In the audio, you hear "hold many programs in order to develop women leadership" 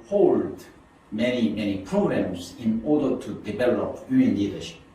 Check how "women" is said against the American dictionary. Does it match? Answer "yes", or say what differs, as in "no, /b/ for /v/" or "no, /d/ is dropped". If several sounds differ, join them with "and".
no, /m/ is dropped